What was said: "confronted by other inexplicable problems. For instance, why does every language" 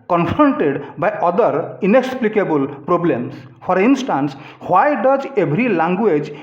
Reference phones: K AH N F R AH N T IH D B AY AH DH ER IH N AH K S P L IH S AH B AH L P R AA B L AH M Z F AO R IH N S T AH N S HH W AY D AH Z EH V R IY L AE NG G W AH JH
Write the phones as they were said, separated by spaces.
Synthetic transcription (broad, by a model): K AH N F R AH N T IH D B AY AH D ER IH N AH K S P L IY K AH B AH L P R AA B L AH M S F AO R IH N S T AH N S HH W AY D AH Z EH B R IY L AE NG G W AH JH